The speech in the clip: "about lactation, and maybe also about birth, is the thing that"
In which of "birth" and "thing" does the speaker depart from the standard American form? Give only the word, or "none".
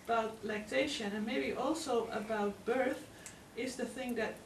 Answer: none